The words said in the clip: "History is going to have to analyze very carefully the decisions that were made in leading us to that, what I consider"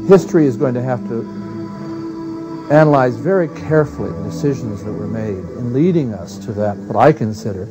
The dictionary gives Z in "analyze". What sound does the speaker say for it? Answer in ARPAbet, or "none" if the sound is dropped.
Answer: Z